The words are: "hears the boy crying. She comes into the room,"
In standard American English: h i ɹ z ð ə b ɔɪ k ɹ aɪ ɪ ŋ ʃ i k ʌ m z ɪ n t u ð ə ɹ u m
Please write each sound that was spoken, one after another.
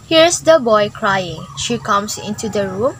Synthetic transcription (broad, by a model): h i ɹ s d ə b ɔɪ k ɹ aɪ ɪ ŋ ʃ i k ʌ m s ɪ n t u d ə ɹ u m